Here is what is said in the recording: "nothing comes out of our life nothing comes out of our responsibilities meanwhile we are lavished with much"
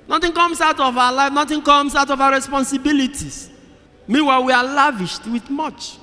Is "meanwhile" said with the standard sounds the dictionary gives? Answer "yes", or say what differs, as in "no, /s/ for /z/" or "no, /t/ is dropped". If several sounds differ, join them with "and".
no, /n/ is dropped